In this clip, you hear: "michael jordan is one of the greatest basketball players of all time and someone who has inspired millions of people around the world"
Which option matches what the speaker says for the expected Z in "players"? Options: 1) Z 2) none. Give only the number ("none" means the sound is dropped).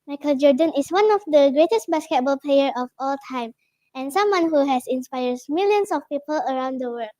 2